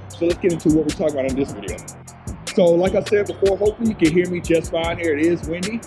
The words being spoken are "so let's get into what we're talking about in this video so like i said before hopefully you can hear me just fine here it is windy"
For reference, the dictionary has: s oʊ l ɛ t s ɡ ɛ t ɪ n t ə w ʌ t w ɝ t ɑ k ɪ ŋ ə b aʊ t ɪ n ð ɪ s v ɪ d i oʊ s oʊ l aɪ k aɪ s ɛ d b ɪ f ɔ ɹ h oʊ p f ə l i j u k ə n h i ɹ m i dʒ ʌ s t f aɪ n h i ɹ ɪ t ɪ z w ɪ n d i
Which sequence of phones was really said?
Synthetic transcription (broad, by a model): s oʊ l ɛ t s ɡ ɛ t ɪ n t ə w ʌ t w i t ɑ k ɪ ŋ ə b aʊ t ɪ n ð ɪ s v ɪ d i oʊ s oʊ l aɪ k aɪ s ɛ d b ɪ f ɔ ɹ h oʊ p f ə l i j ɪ k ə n h i ɹ m i dʒ ʌ s t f aɪ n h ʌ ɹ ɪ t ɪ z w ɪ n d i